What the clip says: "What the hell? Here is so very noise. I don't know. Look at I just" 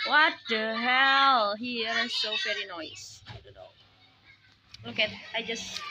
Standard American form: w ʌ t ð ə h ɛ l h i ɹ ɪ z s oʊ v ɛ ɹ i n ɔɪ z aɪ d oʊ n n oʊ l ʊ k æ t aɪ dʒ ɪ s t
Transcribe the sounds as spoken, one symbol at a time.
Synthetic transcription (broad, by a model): w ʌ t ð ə h ɛ l h i ɹ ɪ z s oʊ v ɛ ɹ i n ɔɪ s aɪ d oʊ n n oʊ l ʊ k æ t aɪ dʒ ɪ s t